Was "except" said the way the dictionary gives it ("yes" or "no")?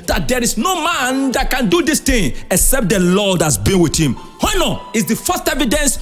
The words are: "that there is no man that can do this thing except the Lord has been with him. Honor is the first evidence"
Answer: yes